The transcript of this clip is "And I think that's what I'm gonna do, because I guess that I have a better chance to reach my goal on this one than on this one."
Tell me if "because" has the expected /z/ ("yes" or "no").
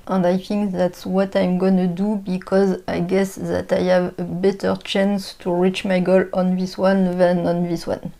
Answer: yes